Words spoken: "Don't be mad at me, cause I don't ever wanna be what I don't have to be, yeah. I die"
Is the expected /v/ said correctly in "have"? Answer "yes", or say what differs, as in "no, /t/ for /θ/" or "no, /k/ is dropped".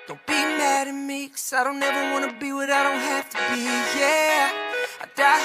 no, /f/ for /v/